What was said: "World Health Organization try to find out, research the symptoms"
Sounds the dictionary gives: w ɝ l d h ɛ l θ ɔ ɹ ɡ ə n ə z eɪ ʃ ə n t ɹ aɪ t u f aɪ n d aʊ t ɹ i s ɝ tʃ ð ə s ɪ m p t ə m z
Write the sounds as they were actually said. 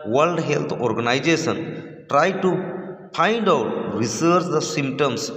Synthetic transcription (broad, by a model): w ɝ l d h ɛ l t ɔ ɹ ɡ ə n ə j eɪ s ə n t ɹ aɪ t u p aɪ n d aʊ t ɹ i s ɝ tʃ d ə s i m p t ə m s